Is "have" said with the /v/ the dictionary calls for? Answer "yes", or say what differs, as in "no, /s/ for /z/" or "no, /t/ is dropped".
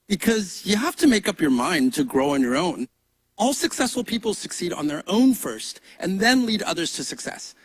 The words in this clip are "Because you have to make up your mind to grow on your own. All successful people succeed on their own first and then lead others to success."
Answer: no, /f/ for /v/